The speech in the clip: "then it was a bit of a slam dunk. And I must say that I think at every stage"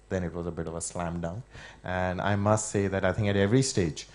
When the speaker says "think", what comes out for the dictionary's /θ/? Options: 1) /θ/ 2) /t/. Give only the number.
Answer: 1